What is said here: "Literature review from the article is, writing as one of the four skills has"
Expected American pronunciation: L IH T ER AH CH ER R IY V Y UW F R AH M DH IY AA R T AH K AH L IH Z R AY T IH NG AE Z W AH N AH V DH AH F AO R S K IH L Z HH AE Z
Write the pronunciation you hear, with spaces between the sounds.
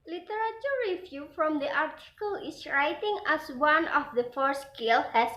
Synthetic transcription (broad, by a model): L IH T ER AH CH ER R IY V Y UW F R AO M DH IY AA R T AH K AH L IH S R AY T IH NG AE S W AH N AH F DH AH F AO R S K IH L HH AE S